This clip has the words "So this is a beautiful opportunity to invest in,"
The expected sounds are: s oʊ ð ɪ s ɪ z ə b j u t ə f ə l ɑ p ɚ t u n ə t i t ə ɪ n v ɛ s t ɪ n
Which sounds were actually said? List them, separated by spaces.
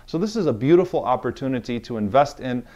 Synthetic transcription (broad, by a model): s oʊ ð ɪ s ɪ z ə b j u t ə f l ɑ p ɚ t u n ə t i t ə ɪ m v ɛ s t ɪ n